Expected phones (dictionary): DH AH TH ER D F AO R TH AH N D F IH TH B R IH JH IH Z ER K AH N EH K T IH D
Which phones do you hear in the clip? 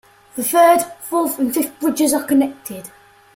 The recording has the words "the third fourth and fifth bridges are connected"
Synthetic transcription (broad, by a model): DH AH TH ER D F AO L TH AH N F IH F B R IH JH IH Z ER K AH N EH K T IH D